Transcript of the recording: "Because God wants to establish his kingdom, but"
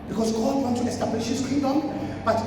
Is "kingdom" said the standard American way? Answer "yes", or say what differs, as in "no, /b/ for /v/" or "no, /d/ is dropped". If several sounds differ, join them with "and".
no, /ŋ/ is dropped